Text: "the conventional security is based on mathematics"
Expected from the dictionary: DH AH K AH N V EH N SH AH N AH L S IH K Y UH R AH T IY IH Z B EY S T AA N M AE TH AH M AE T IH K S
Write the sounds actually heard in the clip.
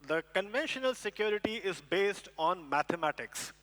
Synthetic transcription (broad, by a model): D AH K AH N V EH N SH AH N AH L S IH K Y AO R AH T IY IH Z B EY S T AA N M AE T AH M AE T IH K S